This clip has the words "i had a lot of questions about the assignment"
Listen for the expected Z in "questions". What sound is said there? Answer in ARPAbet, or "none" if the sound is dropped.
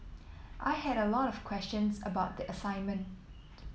Z